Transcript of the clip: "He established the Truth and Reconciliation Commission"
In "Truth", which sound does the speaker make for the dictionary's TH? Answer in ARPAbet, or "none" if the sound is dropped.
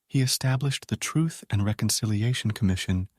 TH